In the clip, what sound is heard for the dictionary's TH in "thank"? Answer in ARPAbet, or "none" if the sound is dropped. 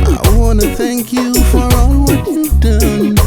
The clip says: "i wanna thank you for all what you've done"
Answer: TH